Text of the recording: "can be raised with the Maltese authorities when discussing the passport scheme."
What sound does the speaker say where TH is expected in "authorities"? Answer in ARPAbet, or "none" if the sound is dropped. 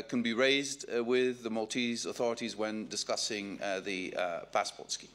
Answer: TH